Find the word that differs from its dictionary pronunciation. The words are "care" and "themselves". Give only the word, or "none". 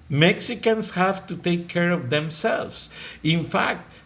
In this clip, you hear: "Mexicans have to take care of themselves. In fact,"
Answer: themselves